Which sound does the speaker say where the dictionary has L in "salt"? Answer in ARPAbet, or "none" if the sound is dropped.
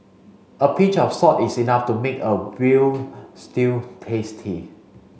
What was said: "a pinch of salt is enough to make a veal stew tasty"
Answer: none